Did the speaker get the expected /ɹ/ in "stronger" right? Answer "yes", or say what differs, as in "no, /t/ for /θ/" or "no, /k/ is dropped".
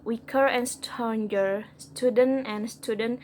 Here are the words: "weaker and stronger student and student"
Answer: no, /ɹ/ is dropped